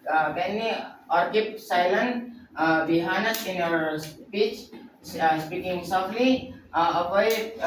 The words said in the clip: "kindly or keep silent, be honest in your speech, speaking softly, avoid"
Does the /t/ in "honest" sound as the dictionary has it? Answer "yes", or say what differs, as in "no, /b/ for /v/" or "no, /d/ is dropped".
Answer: no, /t/ is dropped